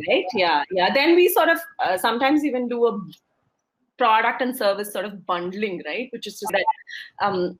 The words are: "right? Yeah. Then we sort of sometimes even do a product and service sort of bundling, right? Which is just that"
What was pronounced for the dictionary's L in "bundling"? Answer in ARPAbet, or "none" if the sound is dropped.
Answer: L